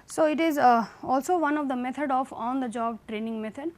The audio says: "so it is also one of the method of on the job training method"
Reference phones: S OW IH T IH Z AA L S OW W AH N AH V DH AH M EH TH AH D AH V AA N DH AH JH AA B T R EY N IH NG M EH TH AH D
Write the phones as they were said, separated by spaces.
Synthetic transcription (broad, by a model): S OW IH T IH Z AA L S OW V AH N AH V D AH M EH T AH D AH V AA N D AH JH AA B T R EY N IH NG M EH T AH D